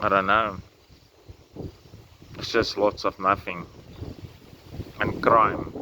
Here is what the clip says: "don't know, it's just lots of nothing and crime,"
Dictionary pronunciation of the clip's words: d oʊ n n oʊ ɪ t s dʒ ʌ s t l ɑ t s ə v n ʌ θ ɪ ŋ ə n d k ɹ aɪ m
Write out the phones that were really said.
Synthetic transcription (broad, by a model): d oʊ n n oʊ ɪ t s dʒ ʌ s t l ɑ t s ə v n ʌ f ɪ ŋ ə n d k ɹ aɪ m